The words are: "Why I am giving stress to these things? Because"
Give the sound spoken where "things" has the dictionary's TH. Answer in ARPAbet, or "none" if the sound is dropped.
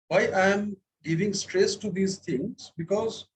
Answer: T